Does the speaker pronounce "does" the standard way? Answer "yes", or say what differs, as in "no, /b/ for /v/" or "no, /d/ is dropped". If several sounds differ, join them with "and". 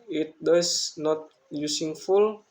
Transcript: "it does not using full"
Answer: no, /s/ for /z/